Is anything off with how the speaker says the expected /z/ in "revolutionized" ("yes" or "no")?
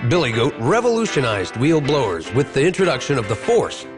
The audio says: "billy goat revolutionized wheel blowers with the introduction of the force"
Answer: no